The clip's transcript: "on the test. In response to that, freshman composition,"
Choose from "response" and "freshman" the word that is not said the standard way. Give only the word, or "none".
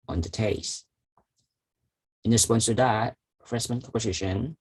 freshman